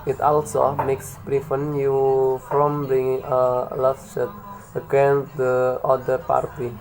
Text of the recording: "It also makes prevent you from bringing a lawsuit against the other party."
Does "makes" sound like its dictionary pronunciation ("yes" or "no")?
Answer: yes